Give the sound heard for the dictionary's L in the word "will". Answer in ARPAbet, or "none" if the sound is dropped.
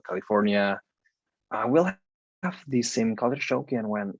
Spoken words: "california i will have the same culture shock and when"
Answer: L